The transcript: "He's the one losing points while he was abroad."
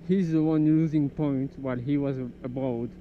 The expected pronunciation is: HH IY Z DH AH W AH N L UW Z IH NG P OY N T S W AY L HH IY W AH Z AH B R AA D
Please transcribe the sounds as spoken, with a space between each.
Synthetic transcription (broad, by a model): HH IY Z DH AH W AH N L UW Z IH NG P OY N T W AY L HH IY W AH Z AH B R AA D